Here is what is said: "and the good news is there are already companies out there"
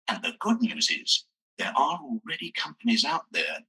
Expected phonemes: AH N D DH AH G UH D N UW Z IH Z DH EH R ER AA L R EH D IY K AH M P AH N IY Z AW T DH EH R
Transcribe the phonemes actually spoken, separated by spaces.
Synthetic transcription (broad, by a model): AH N DH AH G UH D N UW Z IH Z DH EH R ER AA L R EH D IY K AH M P AH N IY Z AW T DH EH R